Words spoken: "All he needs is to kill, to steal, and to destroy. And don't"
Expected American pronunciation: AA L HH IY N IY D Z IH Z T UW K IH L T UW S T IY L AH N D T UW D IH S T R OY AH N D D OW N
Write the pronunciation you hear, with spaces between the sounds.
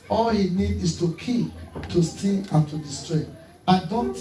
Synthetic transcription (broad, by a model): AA L HH IY N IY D IH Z T UW K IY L T UW S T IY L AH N T UW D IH S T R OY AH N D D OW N